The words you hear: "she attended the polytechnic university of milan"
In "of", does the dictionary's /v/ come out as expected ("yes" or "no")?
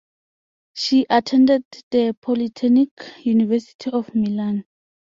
no